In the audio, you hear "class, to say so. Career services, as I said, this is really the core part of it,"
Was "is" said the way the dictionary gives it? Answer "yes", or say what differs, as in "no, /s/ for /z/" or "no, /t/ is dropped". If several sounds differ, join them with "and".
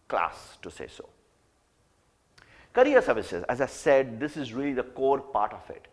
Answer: yes